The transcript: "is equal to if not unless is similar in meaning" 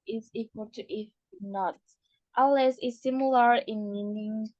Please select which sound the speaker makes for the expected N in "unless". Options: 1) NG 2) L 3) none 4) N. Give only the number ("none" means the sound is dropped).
3